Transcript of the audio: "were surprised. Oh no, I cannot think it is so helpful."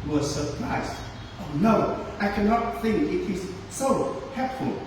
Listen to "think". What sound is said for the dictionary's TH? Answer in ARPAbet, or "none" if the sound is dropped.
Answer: TH